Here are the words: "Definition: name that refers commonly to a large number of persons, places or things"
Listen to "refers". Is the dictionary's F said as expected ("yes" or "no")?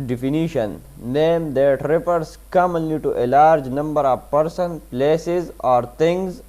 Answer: no